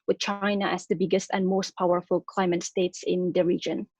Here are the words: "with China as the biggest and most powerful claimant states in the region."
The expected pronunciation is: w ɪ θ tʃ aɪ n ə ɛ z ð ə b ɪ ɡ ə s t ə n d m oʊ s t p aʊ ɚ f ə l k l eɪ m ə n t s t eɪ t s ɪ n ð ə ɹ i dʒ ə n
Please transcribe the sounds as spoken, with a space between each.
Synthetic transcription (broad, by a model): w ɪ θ tʃ aɪ n ə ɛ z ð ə b ɪ ɡ ə s t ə n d m oʊ s t p aʊ ɚ f ə l k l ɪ m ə t s t eɪ t s ɪ n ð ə ɹ i dʒ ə n